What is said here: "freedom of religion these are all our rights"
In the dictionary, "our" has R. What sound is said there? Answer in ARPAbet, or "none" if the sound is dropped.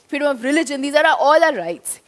L